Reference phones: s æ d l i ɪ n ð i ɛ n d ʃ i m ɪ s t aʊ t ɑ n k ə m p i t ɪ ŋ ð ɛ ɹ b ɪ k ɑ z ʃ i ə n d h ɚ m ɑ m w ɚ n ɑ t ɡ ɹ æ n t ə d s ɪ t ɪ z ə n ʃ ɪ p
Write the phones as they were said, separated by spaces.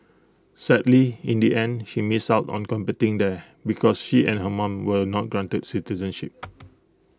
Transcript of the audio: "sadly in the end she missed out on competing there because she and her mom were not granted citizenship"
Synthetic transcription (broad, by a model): s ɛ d l i ɪ n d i ɛ n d ʃ i m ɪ s aʊ t ɑ n k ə m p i t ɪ ŋ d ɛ b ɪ k ɑ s ʃ i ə n h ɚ m ɑ m w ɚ n ɑ t ɡ ɹ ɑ n t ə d s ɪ t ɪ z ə n ʃ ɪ p